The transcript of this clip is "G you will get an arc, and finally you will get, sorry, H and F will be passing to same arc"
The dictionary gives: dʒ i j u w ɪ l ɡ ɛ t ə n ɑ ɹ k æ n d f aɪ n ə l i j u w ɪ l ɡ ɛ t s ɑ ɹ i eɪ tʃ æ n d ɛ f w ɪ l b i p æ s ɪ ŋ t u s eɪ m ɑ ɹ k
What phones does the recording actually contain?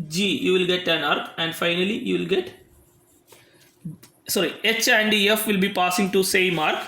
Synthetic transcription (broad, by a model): dʒ i j u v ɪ l ɡ ɛ t ə n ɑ ɹ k æ n d f aɪ n ə l i j u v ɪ l ɡ ɛ t s ɑ ɹ i eɪ tʃ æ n d ɛ f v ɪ l b i p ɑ s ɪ ŋ t u s eɪ m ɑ ɹ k